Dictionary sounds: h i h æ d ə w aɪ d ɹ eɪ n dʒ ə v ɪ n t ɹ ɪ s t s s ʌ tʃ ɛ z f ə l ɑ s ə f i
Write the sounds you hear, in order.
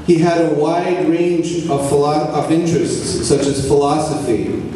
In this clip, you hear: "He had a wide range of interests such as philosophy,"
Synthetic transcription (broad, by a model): h i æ d ə w aɪ d ɹ eɪ n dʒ ə v ɪ n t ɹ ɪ s t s s ʌ tʃ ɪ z f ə l ɑ s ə f i